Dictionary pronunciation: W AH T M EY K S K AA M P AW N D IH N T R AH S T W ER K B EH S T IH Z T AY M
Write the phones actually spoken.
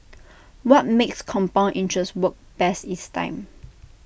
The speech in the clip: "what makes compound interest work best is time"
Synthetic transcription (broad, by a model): W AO T M EY K S K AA M P AW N IH N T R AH S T W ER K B EH S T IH S T AY M